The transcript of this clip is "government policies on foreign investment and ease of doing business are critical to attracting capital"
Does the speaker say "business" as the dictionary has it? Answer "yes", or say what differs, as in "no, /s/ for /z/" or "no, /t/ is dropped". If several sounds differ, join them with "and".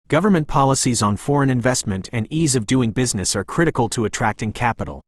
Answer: yes